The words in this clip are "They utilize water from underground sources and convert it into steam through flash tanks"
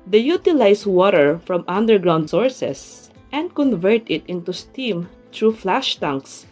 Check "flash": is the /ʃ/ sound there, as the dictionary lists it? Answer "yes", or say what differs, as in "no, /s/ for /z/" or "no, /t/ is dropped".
yes